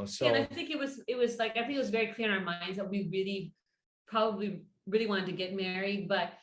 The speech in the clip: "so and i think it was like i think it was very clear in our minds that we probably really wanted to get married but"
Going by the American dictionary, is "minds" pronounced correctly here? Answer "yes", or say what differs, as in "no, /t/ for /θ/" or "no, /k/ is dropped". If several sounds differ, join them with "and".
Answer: yes